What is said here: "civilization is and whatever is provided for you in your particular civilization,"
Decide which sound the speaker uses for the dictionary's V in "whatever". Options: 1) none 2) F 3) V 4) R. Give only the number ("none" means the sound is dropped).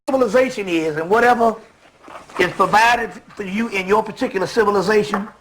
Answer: 3